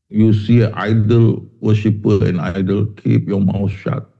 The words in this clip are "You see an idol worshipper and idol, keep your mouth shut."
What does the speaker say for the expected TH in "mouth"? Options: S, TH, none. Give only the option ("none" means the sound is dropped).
S